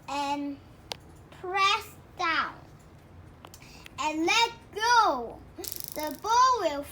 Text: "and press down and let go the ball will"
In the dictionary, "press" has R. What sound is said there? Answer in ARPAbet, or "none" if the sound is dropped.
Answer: R